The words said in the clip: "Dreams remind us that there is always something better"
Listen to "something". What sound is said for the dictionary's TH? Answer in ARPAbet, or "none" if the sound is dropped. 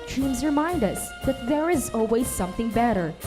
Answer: TH